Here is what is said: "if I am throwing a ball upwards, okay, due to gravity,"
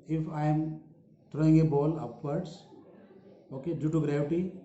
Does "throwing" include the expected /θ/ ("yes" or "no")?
no